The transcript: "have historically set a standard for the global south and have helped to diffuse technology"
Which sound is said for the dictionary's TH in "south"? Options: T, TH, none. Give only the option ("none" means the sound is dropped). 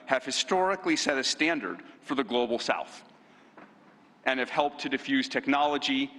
TH